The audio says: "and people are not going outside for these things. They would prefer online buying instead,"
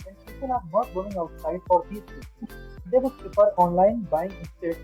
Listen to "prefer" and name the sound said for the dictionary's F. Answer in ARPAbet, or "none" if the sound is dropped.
P